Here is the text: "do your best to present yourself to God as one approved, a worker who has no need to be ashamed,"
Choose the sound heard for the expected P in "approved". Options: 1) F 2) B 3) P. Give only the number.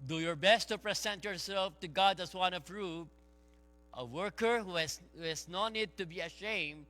1